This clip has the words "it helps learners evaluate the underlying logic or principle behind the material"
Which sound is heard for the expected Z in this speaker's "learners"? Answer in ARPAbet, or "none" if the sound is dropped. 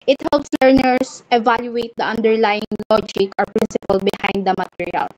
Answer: S